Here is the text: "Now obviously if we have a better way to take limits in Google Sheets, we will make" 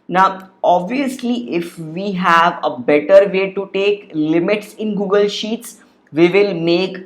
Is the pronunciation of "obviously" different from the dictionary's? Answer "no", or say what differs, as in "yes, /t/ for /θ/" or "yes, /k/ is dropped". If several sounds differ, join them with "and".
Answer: no